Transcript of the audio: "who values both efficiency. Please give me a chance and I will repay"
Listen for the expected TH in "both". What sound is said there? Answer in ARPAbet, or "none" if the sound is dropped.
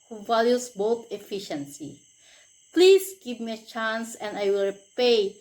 T